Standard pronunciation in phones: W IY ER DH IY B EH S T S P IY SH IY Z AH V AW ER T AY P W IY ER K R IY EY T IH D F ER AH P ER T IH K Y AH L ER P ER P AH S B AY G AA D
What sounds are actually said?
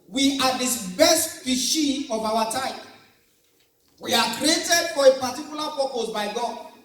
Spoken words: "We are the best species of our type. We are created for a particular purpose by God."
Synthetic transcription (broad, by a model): W IY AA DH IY B EH S T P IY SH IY AH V AW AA T AY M W IY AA K R IY EY T IH D F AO AH P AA T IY K Y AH L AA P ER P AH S B AY G AA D